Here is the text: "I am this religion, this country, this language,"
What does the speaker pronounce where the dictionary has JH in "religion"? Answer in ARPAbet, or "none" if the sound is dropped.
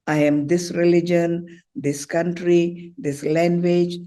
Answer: JH